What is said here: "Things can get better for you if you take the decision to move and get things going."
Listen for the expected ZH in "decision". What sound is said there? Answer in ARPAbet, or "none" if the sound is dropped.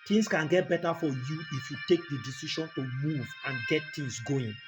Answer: SH